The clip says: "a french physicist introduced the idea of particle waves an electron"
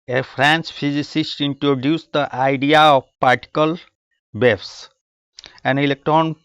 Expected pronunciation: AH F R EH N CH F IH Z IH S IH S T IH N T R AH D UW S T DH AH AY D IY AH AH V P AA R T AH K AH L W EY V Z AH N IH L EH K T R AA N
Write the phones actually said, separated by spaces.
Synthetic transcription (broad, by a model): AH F R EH N S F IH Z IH S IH S T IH N T R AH D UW S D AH AY D IY AH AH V P AA R T AH K AH L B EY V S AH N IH L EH K T R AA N